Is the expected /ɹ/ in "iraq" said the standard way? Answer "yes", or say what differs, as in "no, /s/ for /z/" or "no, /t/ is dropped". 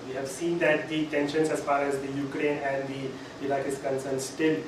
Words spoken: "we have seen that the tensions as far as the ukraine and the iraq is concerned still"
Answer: no, /l/ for /ɹ/